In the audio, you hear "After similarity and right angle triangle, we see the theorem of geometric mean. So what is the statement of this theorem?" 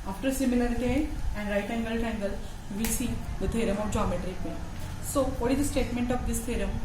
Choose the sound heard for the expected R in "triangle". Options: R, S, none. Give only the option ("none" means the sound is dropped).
none